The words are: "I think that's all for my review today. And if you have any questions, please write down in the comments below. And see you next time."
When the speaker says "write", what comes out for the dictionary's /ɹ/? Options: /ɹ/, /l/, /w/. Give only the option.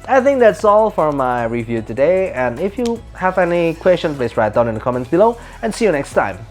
/ɹ/